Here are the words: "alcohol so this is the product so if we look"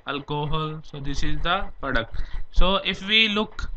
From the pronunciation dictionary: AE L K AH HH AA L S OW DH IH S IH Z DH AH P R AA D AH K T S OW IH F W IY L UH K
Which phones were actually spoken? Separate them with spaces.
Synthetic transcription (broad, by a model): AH L K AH HH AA L S OW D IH S IH Z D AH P AH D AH K S OW IH F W IY L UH K